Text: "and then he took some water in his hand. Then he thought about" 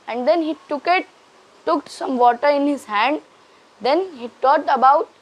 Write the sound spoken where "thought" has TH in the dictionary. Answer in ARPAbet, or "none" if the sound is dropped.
T